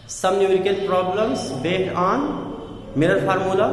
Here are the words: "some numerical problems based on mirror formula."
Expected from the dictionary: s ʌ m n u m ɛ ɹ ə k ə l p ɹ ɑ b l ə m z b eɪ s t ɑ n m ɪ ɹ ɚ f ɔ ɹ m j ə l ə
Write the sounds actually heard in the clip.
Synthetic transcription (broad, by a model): s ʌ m n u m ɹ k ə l p ɹ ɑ b l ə m s b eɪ t ɑ n m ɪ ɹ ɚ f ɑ ɹ m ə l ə